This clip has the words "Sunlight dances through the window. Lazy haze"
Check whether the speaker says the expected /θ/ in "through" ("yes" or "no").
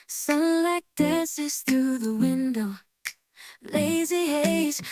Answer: yes